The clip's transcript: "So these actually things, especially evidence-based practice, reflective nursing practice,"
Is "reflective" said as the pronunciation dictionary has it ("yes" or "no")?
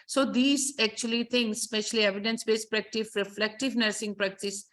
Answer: yes